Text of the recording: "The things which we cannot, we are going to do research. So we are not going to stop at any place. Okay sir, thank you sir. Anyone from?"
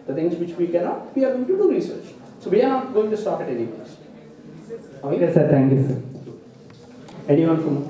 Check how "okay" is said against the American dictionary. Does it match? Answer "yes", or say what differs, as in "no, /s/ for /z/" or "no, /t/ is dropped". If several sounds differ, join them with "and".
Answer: no, /k/ is dropped